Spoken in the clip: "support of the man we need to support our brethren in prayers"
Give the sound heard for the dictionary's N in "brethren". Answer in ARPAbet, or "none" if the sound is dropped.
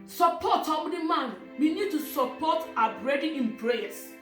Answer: none